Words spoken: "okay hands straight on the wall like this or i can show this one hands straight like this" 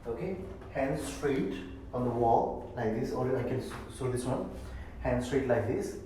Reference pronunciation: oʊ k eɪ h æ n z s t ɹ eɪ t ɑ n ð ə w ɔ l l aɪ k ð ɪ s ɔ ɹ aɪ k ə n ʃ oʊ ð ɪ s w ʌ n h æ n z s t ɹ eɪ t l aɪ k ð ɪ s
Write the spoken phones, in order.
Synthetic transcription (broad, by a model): oʊ k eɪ h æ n s t ɹ eɪ t ɑ n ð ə w ɔ l l aɪ k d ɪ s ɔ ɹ aɪ k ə n s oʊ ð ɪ s w ʌ n h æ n s t ɹ eɪ t l aɪ k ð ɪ s